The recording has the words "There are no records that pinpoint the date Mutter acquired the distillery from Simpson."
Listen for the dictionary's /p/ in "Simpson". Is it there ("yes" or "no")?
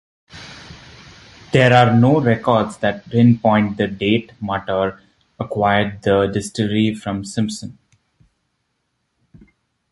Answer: yes